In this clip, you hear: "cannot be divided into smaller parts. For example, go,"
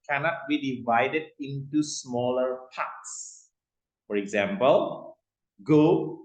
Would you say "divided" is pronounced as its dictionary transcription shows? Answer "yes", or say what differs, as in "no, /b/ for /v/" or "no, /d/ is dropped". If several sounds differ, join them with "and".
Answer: yes